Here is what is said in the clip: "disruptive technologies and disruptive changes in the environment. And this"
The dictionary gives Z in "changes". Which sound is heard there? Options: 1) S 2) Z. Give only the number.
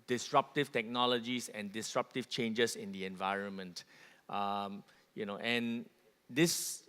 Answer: 1